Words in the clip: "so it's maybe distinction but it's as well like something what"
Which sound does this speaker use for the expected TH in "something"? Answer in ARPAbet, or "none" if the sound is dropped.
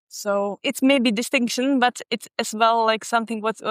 TH